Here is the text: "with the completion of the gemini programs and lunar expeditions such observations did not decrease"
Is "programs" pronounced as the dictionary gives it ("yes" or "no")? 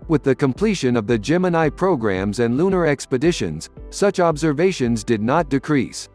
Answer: yes